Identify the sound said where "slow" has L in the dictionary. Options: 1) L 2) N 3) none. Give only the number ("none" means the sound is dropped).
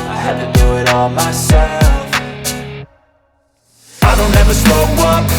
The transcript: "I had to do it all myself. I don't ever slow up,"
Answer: 3